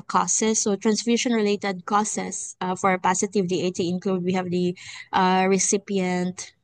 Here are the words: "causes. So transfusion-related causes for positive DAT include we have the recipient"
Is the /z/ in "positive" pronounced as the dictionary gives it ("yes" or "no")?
no